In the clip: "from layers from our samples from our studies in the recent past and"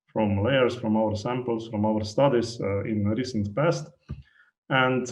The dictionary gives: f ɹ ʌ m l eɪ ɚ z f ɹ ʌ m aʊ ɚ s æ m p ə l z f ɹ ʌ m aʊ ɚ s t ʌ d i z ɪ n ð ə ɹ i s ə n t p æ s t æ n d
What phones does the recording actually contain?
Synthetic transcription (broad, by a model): f ɹ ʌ m l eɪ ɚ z f ɹ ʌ m aʊ ɚ s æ m p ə l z f ɹ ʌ m aʊ ɚ s t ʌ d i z ɪ n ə ɹ i s ə n t p æ s t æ n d